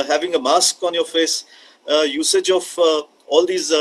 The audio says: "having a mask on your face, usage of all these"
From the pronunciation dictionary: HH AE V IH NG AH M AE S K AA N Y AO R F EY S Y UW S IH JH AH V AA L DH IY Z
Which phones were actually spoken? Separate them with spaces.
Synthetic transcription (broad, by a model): HH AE V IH NG AH M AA S K AA N Y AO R F EY S Y UW S IH JH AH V AA L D IY Z